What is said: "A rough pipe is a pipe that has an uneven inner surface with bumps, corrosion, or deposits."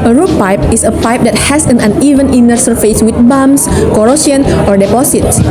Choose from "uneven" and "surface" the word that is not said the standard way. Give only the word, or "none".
none